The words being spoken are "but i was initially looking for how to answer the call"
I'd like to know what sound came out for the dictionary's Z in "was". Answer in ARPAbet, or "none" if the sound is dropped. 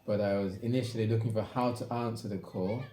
Z